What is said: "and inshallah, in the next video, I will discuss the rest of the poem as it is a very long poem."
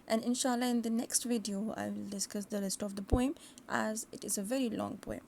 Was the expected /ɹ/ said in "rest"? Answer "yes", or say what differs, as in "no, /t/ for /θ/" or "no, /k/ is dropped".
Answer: no, /l/ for /ɹ/